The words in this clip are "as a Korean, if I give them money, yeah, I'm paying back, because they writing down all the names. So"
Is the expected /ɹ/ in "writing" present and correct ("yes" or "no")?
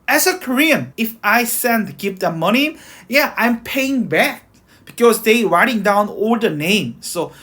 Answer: yes